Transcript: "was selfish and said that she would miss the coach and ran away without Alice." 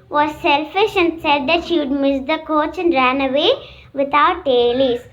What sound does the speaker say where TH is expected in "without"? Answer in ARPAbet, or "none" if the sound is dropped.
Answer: T